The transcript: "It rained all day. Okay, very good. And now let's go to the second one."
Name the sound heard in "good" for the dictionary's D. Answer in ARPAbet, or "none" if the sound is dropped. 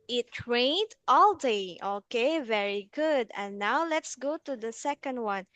D